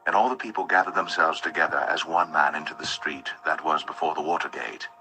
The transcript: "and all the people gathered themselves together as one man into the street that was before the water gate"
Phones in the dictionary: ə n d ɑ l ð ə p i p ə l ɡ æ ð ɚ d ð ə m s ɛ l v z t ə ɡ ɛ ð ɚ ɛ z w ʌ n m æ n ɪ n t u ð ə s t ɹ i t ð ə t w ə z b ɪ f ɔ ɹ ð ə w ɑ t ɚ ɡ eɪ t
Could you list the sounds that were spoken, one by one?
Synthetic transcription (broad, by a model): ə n ɑ l ð ə p i p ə l ɡ æ ð ɚ d ð ə m s ɛ l v z t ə ɡ ɛ ð ɚ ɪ z w ʌ n m æ n ɪ n t u ð ə s t ɹ i t ð ə t w ə z b ɪ f ɔ ɹ ð ə w ɑ t ɚ ɡ eɪ t